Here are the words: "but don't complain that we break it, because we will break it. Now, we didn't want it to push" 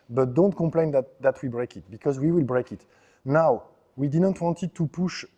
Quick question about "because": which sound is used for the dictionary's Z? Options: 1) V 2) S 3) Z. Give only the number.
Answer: 3